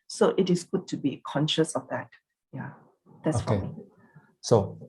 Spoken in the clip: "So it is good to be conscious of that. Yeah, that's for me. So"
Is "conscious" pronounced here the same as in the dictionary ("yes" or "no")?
yes